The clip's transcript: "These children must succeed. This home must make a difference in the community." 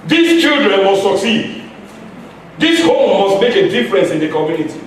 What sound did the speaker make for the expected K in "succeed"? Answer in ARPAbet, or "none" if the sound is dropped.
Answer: K